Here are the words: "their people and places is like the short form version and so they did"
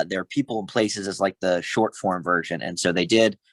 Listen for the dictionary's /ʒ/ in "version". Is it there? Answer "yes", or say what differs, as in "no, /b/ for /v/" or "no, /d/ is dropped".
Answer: yes